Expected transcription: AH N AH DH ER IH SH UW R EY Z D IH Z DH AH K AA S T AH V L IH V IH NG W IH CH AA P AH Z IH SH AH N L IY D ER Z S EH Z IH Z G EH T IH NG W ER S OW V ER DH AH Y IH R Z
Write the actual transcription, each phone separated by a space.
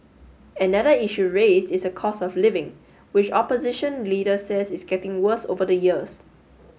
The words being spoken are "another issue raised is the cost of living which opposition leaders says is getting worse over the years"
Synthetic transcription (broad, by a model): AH N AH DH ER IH SH UW R EY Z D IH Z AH K AA S AH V L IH V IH NG W IH CH AA P AH Z IH SH AH N L IY D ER S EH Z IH S G EH T IH NG W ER S OW V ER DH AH Y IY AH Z